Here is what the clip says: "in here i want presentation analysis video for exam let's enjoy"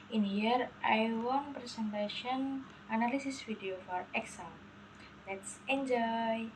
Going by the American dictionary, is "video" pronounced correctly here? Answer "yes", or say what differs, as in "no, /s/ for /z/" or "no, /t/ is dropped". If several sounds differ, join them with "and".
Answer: no, /f/ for /v/